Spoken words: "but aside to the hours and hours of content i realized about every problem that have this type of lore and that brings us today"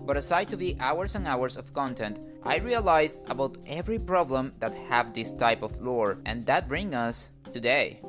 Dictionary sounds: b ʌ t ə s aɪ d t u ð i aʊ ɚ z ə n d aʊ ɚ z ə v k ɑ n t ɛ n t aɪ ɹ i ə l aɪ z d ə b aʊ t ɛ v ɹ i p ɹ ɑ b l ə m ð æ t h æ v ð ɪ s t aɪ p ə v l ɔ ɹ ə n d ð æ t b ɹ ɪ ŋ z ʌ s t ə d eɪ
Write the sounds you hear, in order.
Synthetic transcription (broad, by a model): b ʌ t ə s aɪ d t u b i aʊ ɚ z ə n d aʊ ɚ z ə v k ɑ n t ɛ n t aɪ ɹ i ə l aɪ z ə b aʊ t ɛ v ɹ i p ɹ ɑ b l ə m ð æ t h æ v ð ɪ s t aɪ p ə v l ɔ ɹ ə n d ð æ t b ɹ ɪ ŋ ʌ s t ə d eɪ